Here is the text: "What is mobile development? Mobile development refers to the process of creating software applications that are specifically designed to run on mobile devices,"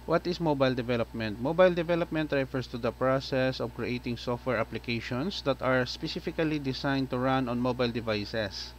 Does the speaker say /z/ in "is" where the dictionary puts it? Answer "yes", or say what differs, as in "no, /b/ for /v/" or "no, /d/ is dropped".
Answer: no, /s/ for /z/